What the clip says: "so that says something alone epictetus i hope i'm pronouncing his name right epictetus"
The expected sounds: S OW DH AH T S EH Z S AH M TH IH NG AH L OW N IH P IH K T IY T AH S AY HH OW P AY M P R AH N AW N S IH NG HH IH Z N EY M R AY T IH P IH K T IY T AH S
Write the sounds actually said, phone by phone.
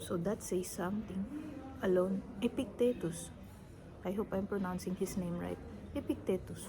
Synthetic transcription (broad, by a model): S OW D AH T S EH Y S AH M T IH NG AH L OW N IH P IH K T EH T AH S AY HH OW P AY M P R AH N AW N S IH NG HH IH S N EY M R AY T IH P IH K T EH T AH S